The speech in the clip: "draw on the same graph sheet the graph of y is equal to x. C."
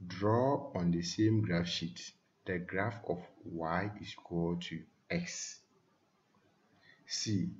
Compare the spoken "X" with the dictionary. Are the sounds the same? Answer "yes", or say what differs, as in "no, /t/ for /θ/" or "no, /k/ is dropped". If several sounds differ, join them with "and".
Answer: yes